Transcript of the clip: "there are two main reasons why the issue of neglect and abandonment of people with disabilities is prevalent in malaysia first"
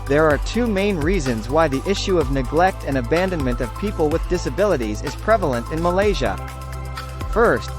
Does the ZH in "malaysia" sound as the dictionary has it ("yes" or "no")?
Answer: yes